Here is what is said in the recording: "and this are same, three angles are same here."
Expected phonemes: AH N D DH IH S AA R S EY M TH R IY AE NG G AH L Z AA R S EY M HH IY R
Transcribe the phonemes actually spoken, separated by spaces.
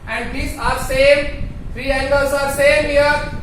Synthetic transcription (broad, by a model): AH N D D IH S AA R S EY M F R IY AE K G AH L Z AA R S EY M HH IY R